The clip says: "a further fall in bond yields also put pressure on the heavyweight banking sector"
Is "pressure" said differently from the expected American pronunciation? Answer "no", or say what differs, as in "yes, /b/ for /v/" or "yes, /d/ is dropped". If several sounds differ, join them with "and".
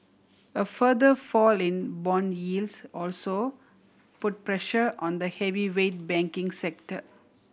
no